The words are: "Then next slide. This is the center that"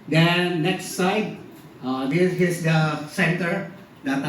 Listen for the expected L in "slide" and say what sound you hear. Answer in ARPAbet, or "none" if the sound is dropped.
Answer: none